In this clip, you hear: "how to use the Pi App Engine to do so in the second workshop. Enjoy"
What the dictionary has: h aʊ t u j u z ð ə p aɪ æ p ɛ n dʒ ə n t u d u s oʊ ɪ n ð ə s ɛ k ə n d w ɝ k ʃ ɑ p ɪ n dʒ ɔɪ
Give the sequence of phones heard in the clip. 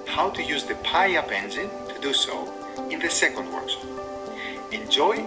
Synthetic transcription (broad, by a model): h aʊ t u j u z ð ə p aɪ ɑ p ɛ n z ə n t u d u s oʊ ɪ n ð ə s ɛ k ə n d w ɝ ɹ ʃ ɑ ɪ n dʒ ɔɪ